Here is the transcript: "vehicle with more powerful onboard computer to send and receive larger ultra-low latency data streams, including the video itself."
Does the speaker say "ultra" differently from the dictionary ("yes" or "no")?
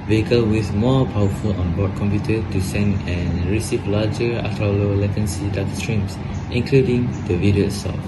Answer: yes